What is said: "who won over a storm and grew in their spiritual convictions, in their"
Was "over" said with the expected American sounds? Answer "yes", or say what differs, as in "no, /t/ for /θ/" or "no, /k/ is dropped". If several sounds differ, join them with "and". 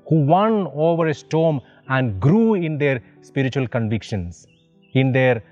yes